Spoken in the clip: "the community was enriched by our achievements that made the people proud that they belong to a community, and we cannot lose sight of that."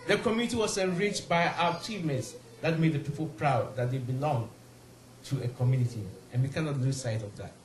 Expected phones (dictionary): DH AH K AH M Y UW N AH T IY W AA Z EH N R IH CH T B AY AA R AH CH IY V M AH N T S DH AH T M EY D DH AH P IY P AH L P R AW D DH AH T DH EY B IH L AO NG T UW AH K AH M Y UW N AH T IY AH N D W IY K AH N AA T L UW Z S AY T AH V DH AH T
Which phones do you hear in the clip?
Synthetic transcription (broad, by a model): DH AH K AH M Y UW N AH T IY W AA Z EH N R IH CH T B AY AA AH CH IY M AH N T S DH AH T M EY D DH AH P IY P AH L P R AW D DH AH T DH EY B IH L AO NG T UW AH K AH M Y UW N AH T IY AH N W IY K AH N AA T L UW S AY T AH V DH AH T